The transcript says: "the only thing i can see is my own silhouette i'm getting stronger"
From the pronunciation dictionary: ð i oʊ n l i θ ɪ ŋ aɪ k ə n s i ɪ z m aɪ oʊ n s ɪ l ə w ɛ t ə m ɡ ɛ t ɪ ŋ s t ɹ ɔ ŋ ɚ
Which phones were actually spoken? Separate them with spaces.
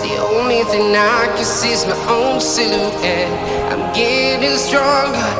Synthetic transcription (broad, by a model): ð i oʊ n l i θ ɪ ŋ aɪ k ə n s i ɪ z m aɪ oʊ n s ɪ n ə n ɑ ə m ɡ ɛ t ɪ s t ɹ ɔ ŋ